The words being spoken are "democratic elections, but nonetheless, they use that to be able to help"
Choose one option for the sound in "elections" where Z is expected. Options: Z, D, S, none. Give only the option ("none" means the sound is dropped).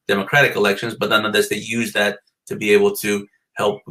Z